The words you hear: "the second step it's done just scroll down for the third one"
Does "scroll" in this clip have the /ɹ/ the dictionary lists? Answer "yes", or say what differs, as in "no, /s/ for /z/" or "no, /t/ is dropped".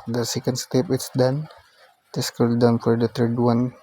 no, /ɹ/ is dropped